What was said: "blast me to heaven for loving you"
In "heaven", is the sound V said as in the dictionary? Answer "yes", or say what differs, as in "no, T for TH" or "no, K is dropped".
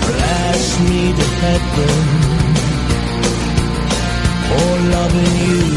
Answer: no, V is dropped